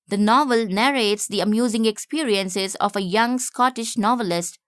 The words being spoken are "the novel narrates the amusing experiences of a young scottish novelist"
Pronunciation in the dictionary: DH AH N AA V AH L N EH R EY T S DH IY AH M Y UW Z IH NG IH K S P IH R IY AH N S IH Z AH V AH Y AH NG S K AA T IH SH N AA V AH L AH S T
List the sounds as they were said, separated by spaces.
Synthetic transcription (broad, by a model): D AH N AA V AH L N EH R EY T S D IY AH M Y UW Z IH NG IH K S P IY R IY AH N S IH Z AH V AH Y AH NG S K AA T IH SH N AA V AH L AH S T